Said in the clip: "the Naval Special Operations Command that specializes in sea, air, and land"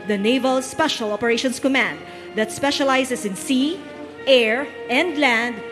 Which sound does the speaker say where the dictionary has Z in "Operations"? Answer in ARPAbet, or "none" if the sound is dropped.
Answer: S